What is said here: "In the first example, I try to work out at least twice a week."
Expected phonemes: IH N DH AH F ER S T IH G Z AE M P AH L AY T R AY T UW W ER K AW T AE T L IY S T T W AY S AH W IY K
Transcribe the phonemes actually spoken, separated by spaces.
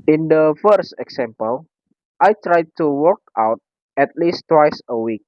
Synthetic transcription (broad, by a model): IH N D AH F ER S T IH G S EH M P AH L AY T R AY T UW W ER K AW T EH T L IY S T T W AY S AH W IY K